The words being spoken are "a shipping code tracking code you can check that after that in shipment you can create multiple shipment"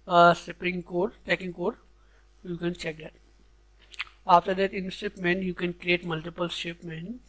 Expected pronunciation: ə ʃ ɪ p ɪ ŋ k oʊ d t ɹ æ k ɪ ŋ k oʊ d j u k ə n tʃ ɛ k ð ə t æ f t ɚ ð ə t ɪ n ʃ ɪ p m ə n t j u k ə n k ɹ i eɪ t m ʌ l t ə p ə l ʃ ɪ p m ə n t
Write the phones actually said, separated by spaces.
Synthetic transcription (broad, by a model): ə s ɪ p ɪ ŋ k oʊ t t ɛ k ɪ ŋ k oʊ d j u k ə n tʃ ɛ k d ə t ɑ f t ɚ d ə t ɪ n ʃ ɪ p m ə n j u k ə n k ɹ i eɪ t m ʌ l t ə p ə l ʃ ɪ p m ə n